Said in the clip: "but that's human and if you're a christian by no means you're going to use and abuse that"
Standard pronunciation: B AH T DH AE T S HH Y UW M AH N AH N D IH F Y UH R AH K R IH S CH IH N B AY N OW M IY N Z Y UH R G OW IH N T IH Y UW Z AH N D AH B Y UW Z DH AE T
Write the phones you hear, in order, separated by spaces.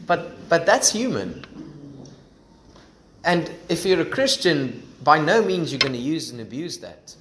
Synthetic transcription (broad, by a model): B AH T DH AE T S HH Y UW M AH N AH N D IH F Y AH R AH K R IH S CH IH N B AY N OW M IY N Z Y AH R G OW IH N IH Y UW Z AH N AH B Y UW Z DH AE T